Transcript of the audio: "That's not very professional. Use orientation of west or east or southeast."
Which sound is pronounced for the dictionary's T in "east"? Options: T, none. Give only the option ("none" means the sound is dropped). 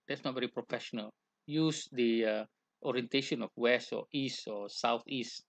T